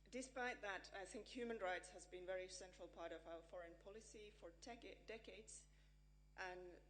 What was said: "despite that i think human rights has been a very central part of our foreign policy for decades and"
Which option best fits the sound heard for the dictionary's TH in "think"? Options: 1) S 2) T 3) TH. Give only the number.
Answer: 3